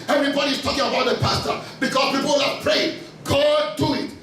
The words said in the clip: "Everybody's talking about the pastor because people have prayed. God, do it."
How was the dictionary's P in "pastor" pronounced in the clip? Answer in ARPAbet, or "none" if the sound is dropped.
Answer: P